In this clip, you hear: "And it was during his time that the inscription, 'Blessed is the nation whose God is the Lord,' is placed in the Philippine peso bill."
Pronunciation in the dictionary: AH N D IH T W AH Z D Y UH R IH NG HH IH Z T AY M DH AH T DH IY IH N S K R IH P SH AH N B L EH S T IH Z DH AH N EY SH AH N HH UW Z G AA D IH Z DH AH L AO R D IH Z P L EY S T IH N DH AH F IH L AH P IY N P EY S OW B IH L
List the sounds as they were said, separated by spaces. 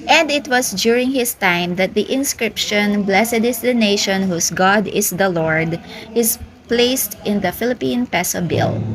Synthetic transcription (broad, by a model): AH N D IH T W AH S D Y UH R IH NG HH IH S T AY M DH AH T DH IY IH N S K R IH P SH AH N B L EH S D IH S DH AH N EY SH AH N HH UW S G AA D IH S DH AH L AO R D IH S P L EY S T IH N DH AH F IH L AH P IY N P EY S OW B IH L